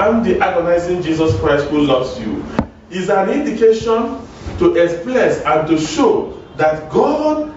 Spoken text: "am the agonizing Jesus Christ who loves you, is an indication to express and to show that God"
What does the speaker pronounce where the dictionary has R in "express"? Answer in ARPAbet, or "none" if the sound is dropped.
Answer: L